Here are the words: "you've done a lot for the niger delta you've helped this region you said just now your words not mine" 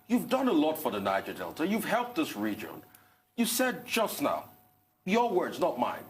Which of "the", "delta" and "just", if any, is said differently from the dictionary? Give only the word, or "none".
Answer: none